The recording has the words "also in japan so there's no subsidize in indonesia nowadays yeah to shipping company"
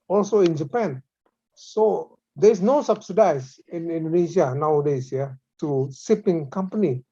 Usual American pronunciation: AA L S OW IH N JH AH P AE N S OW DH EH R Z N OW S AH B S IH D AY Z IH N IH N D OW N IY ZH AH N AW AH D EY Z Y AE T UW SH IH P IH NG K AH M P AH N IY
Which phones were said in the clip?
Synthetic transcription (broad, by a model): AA L S OW IH N JH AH P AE N S OW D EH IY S N OW S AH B S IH D AY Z IH N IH N D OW N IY SH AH N AW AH D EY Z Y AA T UW S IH P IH NG K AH M P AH N IY